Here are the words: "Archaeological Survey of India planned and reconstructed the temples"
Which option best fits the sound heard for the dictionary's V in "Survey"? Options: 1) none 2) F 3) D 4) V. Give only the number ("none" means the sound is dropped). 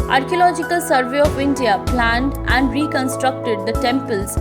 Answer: 4